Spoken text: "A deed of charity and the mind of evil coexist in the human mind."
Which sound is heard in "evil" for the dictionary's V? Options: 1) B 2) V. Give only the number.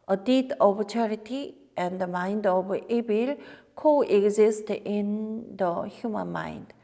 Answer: 1